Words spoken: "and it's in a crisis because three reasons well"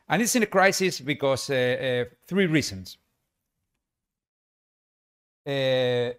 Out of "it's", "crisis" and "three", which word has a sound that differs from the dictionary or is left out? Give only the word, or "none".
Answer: none